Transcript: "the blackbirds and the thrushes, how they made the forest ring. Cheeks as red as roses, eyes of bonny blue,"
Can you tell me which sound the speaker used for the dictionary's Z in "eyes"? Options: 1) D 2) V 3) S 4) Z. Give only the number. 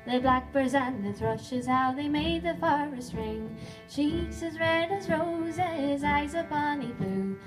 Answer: 4